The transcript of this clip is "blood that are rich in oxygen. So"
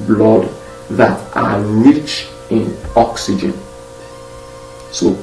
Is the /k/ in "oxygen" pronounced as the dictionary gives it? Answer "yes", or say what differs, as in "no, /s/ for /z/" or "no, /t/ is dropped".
yes